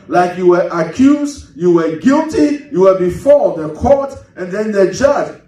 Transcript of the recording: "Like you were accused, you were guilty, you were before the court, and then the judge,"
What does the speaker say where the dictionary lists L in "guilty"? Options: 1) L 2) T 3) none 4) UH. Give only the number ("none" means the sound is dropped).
1